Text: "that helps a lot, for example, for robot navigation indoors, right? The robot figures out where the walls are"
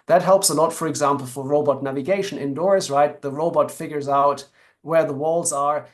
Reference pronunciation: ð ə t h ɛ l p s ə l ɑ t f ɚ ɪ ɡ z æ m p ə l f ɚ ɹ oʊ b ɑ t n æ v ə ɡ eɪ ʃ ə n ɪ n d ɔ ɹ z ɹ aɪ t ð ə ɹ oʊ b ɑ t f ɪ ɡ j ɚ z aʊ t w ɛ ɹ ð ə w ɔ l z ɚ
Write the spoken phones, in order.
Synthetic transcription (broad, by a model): ð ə t h ɛ l p s ə l ɑ t f ɚ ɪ ɡ z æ m p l f ɚ ɹ oʊ b ɑ t n æ v ə ɡ eɪ ʃ ə n ɪ n d ɔ ɹ z ɹ aɪ t ð ə ɹ oʊ b ɑ t f ɪ ɡ j ɚ z aʊ t w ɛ ɹ ð ə w ɔ l z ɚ